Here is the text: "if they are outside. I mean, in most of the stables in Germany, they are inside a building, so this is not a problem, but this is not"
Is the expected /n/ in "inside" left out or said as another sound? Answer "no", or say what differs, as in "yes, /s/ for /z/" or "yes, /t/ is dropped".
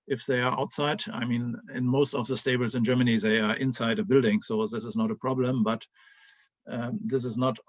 no